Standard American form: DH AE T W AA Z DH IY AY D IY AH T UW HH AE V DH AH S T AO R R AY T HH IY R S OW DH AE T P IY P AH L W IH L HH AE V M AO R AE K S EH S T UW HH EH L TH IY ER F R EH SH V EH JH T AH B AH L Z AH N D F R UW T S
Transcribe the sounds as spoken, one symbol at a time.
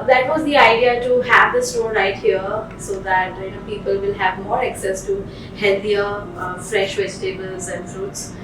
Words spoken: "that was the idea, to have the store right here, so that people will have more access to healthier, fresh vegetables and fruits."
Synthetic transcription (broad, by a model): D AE T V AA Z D IY AY D IY AH T UW HH AE V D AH S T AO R R AY T HH IY R S OW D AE T P IY P AH L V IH L HH AE V M AO R AE K S EH S T UW HH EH L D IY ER F R EH SH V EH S T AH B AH L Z AH N D F R UW T S